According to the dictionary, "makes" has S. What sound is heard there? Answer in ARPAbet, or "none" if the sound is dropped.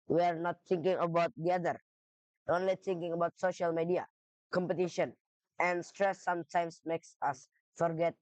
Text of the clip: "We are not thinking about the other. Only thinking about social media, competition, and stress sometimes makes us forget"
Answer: S